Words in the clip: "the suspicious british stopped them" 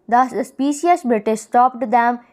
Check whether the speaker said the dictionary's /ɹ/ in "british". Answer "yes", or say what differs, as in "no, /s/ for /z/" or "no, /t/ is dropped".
no, /ɹ/ is dropped